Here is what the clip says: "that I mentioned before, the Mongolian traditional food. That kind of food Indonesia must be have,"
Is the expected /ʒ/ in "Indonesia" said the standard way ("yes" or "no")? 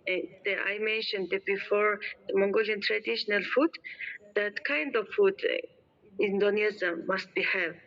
no